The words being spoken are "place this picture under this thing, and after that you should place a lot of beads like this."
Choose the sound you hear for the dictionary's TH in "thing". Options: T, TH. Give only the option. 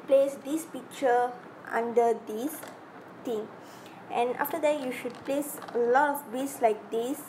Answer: T